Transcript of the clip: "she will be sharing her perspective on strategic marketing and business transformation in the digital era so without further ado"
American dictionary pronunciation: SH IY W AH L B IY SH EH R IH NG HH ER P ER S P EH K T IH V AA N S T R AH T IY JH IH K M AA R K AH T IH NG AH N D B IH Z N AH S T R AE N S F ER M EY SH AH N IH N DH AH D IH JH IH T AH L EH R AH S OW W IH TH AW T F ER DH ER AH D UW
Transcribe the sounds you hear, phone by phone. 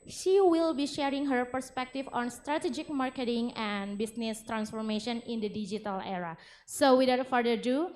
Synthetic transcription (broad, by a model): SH IY W AH L B IY SH EH R IH NG HH ER P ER S P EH K T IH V AA N S T R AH T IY JH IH K M AA R K AH T IH NG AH N B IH S N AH S T R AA N S F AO M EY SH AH N IH N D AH D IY JH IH T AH L EH R AH S OW W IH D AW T F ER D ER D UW